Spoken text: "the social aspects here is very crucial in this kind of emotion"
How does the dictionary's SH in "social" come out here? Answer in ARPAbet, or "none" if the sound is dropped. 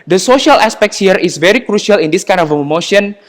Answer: SH